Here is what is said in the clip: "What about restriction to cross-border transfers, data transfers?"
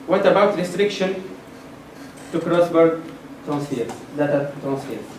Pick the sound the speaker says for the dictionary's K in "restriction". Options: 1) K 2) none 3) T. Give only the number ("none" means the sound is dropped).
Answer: 1